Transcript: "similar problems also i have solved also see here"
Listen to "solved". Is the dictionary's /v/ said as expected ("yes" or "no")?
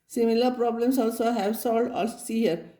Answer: no